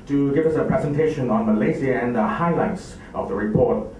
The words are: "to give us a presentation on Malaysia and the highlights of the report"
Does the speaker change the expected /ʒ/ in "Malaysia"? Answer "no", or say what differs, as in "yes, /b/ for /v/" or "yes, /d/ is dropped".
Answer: yes, /z/ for /ʒ/